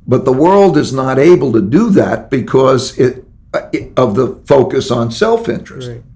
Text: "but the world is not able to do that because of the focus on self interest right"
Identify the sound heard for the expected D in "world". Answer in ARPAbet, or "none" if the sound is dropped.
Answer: D